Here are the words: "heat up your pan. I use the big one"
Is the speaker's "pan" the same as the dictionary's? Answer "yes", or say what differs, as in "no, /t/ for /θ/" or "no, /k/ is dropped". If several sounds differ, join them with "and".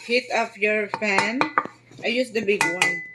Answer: no, /f/ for /p/